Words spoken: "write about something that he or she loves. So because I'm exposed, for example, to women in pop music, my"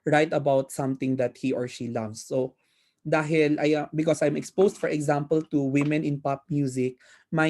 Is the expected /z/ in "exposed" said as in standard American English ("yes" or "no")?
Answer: no